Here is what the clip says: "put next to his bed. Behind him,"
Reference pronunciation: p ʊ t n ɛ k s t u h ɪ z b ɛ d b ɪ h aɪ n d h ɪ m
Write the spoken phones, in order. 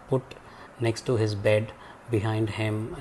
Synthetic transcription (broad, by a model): p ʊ t n ɛ k s t u h ɪ z b ɛ d b ɪ h aɪ n d h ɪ m